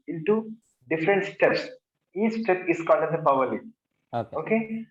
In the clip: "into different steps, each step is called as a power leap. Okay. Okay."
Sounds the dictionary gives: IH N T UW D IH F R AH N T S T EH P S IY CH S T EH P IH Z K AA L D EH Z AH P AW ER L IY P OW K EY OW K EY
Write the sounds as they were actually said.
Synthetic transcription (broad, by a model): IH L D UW D IH F R AH N T S T EH P S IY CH S T EH P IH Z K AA N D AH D AH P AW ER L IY OW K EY OW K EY